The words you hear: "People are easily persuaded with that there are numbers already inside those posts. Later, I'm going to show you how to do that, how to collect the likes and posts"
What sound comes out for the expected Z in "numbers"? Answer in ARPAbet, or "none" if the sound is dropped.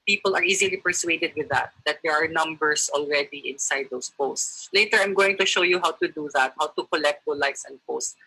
S